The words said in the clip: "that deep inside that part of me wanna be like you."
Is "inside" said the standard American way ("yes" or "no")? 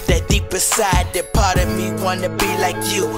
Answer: no